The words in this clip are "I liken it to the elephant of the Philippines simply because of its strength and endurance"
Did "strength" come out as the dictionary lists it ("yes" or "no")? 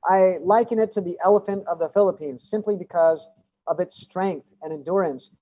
yes